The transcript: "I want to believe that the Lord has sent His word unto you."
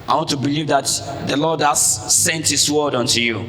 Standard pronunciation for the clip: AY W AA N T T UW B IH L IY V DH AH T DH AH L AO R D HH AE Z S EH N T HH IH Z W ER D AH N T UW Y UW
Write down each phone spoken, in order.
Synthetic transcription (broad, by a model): AY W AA N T T UW B IH L IY V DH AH T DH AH L AO D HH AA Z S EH N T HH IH S W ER D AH N T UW Y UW